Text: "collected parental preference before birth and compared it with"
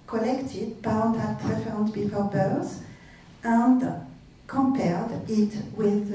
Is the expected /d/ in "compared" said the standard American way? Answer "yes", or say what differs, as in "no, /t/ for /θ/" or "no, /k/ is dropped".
yes